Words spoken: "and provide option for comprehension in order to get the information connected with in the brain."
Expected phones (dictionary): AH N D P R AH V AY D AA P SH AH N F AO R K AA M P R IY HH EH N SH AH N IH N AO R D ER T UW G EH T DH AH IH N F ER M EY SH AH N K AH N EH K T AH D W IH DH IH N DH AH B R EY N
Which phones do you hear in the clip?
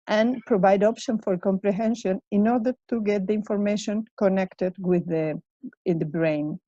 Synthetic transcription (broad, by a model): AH N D P R AH V AY D AA P SH AH N F AO R K AA M P R IY HH EH N SH AH N IH N AO R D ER T UW G EH T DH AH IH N F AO M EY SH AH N K AH N EH K T AH D W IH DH IH N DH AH B R EY N